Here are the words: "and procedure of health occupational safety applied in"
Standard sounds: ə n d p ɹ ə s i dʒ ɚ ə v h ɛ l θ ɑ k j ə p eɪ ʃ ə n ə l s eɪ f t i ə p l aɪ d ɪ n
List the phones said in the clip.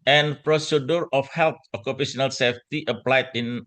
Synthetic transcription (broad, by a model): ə n p ɹ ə s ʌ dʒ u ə f h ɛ l t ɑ k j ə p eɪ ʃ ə n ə l s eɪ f t i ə p l aɪ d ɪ n